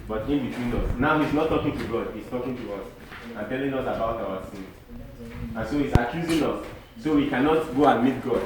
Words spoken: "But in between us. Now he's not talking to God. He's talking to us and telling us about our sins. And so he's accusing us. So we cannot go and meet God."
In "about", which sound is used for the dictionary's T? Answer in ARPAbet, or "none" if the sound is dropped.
T